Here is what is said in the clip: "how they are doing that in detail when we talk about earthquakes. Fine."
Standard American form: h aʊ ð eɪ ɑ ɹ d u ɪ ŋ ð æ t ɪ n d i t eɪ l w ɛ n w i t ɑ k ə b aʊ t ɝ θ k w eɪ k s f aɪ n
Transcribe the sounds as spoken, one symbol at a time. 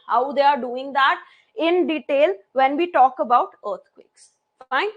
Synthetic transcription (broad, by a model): h aʊ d eɪ ɑ ɹ d u ɪ ŋ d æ t ɪ n d i t eɪ l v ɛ n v i t ɑ k ə b aʊ t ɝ t k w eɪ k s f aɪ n